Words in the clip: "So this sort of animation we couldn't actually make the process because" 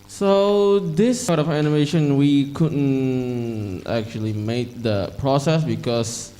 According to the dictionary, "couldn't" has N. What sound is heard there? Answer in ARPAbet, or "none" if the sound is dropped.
N